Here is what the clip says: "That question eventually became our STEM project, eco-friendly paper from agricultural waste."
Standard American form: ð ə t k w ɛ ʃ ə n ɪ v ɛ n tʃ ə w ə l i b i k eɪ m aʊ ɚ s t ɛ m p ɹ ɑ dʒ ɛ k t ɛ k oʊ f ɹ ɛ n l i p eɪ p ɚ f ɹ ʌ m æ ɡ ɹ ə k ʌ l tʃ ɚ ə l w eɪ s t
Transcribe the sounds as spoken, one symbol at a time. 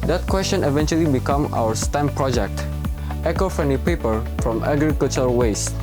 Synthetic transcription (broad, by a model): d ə t k w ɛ s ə n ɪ v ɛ n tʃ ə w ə l i b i k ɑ m aʊ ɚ s t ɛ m p ɹ ɑ dʒ ɛ k t ɛ k oʊ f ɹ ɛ n i p eɪ p ɚ f ɹ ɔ m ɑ ɡ ɹ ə k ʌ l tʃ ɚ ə w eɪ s